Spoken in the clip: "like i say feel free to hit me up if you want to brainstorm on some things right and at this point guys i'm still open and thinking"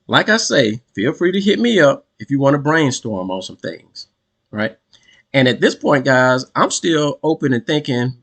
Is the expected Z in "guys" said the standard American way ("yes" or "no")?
yes